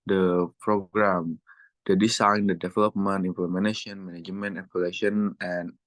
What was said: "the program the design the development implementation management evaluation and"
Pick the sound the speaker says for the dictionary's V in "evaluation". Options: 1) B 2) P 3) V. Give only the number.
2